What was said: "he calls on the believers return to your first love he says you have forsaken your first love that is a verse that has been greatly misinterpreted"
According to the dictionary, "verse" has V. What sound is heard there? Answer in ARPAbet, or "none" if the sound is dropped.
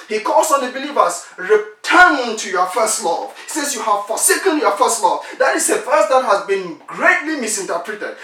F